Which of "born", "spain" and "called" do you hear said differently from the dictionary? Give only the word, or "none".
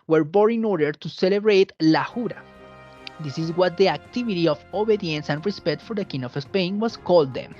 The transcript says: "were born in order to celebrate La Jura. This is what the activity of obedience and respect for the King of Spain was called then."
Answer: born